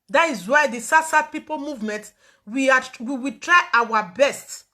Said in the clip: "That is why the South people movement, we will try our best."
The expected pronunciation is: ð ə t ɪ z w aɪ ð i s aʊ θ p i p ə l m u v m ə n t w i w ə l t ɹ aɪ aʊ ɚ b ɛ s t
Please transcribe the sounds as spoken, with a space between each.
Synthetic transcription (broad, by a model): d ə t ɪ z w aɪ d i s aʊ s p i p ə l m u v m ə n t w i w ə w t ɹ aɪ aʊ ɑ b ɛ s t